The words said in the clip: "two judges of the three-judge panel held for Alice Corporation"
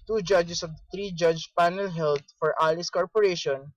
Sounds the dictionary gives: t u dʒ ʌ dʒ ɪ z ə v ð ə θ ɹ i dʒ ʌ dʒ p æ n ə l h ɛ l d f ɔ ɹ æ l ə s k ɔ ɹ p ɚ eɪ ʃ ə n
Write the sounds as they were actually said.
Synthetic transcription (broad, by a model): t u dʒ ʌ dʒ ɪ s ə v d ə t ɹ i dʒ ʌ dʒ p æ n ə l h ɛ l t f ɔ ɹ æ l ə s k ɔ ɹ p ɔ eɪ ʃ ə n